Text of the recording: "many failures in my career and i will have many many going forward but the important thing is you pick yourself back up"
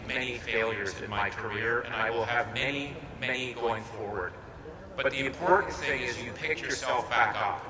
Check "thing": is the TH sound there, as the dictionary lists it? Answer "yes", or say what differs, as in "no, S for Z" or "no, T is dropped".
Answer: yes